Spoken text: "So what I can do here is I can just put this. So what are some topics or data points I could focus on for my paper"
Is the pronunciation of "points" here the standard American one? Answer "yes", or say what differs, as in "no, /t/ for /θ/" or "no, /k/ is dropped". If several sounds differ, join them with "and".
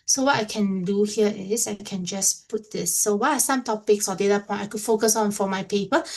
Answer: no, /s/ is dropped